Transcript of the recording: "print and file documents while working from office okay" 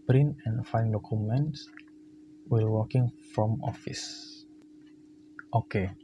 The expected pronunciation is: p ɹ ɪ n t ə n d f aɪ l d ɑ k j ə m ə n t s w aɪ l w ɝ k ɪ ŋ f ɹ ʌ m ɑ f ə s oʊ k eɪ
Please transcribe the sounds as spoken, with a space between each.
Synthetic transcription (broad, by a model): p ɹ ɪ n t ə n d f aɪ n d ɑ k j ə m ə n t s w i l w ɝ k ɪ ŋ f ɹ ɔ m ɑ f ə s oʊ k eɪ